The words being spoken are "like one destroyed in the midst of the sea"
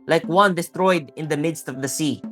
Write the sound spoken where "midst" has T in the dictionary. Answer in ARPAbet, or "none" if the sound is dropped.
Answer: T